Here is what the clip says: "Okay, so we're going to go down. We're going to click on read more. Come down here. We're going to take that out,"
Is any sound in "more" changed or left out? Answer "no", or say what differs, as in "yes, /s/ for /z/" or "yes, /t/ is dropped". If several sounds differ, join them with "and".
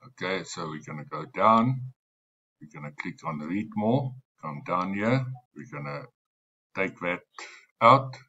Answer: yes, /l/ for /ɹ/